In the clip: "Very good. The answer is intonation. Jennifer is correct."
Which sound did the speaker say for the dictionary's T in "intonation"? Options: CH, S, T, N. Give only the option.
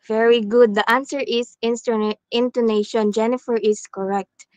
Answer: T